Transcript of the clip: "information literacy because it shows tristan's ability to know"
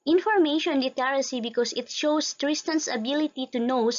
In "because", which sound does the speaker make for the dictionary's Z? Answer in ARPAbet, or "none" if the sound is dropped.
S